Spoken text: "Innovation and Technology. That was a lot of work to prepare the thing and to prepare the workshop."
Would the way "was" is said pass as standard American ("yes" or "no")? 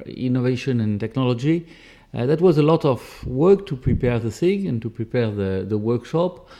yes